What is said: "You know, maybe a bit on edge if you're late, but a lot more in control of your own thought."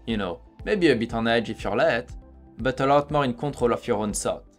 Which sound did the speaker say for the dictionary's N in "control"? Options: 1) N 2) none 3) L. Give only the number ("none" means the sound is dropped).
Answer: 2